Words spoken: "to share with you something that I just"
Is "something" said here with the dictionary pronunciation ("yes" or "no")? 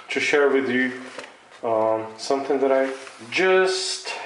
yes